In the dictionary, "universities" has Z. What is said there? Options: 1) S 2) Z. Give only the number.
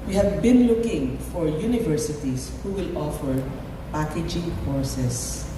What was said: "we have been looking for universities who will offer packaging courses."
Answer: 1